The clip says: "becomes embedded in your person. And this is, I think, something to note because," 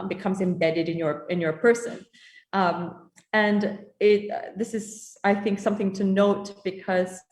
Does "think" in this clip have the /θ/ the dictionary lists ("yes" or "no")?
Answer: yes